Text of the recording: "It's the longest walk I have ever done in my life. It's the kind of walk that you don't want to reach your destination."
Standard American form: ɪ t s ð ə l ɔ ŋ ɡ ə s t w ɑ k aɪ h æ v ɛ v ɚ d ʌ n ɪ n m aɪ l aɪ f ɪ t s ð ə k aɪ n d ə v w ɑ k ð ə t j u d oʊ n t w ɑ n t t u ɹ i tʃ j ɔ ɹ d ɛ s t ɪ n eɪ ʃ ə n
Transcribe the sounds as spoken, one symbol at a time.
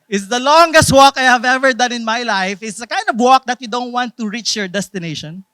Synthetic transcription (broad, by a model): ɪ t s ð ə l ɔ ŋ ɡ ə s t w ɑ k aɪ h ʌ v ɛ v ɚ d ʌ n ɪ n m aɪ l aɪ f ɪ t s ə k aɪ n d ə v w ɑ k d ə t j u d oʊ n t w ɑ n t t u ɹ i tʃ j ɔ ɹ d ɛ s t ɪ n eɪ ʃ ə n